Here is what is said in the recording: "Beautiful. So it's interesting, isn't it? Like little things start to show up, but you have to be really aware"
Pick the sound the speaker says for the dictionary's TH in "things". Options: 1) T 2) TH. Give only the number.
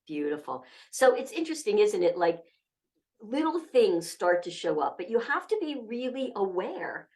2